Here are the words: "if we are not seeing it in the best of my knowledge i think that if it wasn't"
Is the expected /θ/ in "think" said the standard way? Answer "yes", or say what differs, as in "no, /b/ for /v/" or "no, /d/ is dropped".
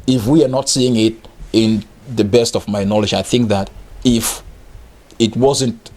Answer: yes